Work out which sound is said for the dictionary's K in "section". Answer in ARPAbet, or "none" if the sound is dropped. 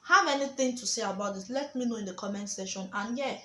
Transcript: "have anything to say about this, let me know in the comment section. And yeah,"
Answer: none